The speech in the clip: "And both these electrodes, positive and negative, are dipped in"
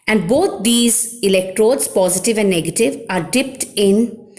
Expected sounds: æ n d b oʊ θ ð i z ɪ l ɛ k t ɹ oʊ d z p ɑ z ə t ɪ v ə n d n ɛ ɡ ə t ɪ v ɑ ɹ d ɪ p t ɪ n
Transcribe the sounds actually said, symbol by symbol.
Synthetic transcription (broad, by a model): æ n d b oʊ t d i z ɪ l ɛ k t ɹ oʊ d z p ɑ z ə t ɪ v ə n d n ɛ ɡ ə t ɪ v ɑ ɹ d ɪ p t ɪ n